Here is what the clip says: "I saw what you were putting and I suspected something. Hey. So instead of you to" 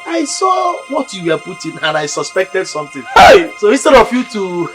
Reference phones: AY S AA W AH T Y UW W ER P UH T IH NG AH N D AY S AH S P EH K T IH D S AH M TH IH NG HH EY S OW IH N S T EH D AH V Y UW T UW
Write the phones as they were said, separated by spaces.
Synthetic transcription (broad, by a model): AY S AA W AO T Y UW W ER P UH T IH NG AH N AY S AH S P EH K T IH D S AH M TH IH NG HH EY S OW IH S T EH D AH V Y UW T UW